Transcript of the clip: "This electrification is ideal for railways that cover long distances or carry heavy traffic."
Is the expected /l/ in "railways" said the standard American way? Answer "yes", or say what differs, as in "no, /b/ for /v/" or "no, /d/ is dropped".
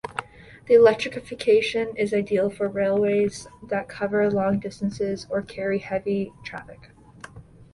yes